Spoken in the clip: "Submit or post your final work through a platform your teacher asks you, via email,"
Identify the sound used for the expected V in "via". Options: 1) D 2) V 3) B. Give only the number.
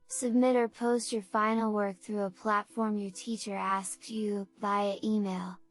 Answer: 3